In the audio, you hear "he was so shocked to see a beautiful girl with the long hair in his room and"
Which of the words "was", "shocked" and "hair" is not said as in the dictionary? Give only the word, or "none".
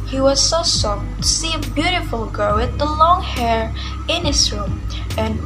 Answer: shocked